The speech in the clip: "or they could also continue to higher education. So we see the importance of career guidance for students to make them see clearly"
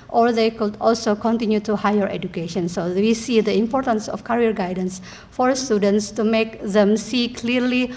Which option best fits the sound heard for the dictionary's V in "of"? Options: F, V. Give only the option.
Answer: F